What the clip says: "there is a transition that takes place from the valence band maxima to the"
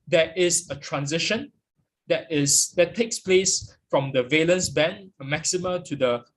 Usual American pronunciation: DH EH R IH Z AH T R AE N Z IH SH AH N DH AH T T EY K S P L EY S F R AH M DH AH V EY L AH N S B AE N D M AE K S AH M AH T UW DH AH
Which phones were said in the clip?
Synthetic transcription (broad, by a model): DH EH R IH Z AH T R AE N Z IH SH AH N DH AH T T EY K S P L EY S F R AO M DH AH V EY L AH N S B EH N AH M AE K S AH M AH T UW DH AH